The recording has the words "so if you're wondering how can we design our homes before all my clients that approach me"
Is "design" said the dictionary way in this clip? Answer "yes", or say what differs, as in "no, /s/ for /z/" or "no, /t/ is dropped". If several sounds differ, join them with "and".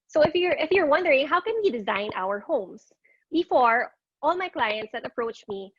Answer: yes